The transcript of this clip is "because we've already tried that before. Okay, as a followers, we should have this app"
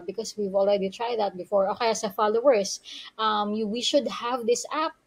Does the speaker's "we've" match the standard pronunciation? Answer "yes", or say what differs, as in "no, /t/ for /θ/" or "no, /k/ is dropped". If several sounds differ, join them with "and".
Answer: yes